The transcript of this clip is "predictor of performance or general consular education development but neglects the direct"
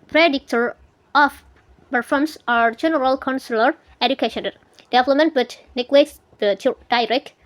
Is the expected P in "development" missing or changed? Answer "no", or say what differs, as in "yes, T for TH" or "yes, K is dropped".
yes, P is dropped